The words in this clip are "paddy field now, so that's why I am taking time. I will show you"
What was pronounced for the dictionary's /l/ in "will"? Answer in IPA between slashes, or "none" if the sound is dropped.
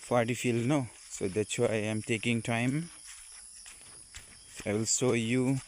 /l/